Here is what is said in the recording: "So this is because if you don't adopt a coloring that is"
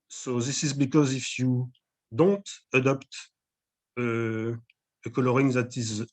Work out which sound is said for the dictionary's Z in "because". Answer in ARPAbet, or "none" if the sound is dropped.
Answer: Z